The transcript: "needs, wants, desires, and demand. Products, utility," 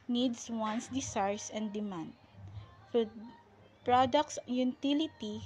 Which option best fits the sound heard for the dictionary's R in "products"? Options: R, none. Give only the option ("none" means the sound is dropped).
R